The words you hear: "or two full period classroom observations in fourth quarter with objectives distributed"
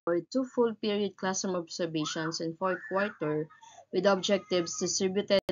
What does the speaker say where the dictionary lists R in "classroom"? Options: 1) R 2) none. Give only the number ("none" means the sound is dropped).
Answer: 2